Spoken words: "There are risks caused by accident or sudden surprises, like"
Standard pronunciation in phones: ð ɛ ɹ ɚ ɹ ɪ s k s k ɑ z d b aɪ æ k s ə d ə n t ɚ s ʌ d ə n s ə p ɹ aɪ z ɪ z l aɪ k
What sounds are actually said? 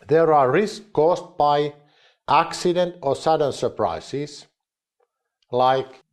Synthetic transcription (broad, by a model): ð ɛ ɹ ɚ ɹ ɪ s s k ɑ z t b aɪ æ k s ə d ə n t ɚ s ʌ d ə n s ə p ɹ aɪ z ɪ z l aɪ k